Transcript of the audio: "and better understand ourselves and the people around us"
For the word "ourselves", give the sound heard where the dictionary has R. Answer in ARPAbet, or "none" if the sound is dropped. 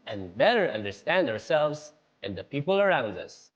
R